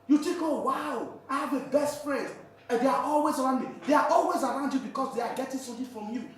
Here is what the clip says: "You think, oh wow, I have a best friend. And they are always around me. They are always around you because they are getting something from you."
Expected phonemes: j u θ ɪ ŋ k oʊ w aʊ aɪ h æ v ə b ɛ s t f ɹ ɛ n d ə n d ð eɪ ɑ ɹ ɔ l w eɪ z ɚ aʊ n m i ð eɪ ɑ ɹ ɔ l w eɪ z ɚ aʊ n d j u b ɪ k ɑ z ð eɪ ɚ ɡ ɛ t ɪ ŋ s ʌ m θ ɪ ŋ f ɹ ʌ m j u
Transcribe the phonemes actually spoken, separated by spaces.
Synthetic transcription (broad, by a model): j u t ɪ k oʊ w aʊ aɪ h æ v ə b ɛ s t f ɹ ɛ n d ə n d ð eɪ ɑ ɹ ɔ l w eɪ z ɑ aʊ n m i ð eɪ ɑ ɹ ɔ l w eɪ z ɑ aʊ n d j u b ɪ k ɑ s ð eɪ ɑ ɡ ɛ t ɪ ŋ s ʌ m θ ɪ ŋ f ɹ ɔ m j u